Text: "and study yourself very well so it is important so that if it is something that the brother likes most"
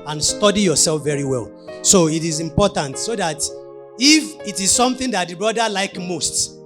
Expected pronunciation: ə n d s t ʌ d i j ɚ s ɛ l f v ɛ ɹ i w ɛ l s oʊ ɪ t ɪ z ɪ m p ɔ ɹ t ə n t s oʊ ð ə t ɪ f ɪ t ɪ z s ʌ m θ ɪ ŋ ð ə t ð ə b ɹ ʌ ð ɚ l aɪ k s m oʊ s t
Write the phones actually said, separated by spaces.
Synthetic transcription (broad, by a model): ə n s t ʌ d i j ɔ s ɛ l f v ɛ ɹ i w ɛ l s oʊ ɪ t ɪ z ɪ m p ɔ t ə n t s oʊ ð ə t ɪ f ɪ t ɪ z s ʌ m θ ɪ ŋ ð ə t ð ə b ɹ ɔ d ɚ l aɪ k m oʊ s t